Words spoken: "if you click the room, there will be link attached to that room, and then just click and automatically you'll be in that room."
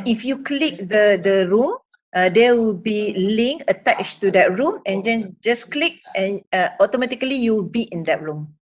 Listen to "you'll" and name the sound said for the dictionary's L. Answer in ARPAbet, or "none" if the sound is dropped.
W